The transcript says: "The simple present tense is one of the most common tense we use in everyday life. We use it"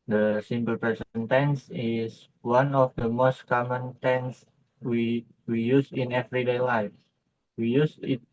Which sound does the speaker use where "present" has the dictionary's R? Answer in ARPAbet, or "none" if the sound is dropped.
none